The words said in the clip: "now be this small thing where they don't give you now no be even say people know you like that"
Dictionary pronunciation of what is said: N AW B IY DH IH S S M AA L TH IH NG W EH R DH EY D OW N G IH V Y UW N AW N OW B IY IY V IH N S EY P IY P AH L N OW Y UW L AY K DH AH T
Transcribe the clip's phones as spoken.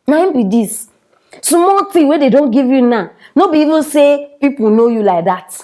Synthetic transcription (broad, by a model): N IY B IY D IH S S M AA L T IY W EH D EY D OW N G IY V Y UW N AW N OW B IY IY V IH N S EY P IY P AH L N OW Y UW L AY K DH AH T